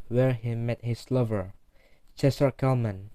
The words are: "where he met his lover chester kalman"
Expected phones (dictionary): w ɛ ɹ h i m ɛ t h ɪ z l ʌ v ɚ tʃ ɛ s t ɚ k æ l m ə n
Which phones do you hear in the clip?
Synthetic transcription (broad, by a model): w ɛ ɹ h i m ɛ t h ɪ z l ʌ v ɚ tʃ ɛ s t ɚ k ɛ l m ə n